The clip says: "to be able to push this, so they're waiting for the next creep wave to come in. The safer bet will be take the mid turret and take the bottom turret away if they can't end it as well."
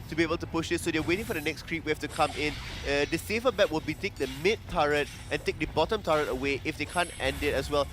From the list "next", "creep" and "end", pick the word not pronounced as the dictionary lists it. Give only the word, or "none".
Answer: none